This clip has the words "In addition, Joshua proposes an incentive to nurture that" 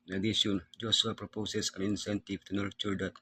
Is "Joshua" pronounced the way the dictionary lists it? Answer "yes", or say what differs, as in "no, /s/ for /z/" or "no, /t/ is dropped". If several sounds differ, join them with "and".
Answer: no, /s/ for /ʃ/